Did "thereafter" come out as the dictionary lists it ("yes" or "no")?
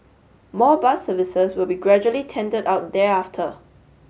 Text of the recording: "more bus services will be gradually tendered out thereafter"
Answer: no